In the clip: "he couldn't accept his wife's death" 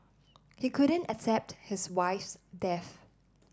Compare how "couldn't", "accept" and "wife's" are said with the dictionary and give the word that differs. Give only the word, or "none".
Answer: none